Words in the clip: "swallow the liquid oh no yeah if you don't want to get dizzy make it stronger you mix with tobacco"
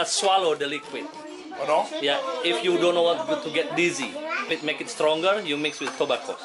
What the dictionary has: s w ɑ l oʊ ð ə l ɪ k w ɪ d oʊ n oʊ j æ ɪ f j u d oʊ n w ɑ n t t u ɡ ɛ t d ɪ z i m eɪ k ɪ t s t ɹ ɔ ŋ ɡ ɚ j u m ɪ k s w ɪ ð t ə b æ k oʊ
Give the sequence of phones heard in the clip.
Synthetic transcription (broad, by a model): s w ɑ l oʊ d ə l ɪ k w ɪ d oʊ n oʊ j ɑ ɪ f j u d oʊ n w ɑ t t u ɡ ɛ t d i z i m eɪ k ɪ t s t ɹ ɔ ŋ ɡ ɚ j u m ɪ k s w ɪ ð t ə b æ k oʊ